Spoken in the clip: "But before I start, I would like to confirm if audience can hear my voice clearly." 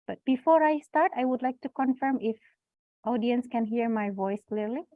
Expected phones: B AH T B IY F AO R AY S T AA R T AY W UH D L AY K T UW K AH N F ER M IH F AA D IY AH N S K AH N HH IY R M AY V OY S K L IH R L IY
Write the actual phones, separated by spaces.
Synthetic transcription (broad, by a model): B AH T B IY F AO R AY S T AA R T AY W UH D L AY K T UW K AH N F ER M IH F AA D IY AH N S K AH N HH IY R M AY V OY S K L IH R L IY